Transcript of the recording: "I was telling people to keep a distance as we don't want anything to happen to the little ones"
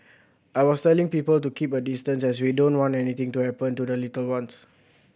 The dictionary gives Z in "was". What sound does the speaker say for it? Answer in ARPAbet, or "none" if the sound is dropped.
S